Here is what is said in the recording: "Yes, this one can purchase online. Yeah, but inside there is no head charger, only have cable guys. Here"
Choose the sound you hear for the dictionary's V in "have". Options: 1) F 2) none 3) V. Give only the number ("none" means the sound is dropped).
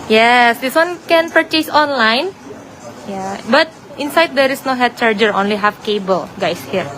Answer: 1